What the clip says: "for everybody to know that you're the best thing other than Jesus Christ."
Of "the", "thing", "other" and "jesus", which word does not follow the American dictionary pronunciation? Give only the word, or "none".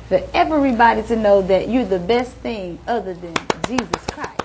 none